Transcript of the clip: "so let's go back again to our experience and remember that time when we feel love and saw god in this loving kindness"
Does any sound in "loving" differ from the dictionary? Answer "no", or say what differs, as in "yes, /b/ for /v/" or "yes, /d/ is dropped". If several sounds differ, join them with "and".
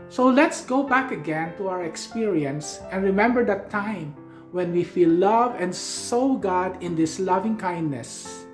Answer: no